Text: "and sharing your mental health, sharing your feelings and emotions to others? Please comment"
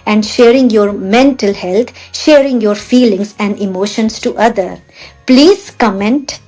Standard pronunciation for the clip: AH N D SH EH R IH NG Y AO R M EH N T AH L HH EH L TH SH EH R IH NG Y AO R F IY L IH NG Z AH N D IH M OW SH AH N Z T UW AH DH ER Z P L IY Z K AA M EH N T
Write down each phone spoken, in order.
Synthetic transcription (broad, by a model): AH N D SH EH R IH NG Y AO R M EH N T AH L HH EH L T SH EH R IH NG Y AO R F IY L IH NG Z AH N D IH M OW SH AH N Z T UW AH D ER P L IY Z K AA M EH N T